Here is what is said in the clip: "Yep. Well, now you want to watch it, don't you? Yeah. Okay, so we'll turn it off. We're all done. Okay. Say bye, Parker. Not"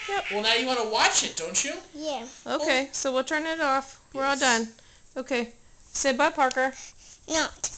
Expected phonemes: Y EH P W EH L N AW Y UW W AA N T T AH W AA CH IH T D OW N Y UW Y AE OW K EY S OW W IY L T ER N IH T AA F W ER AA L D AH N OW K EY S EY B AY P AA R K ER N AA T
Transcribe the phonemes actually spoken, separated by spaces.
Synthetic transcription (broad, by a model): Y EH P W EH L N AW Y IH W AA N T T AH W AA CH IH T D OW N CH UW Y AE OW K EY S OW W IY L T ER N IH T AA F W ER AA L D AH N OW K EY S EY B AY P AA R K ER N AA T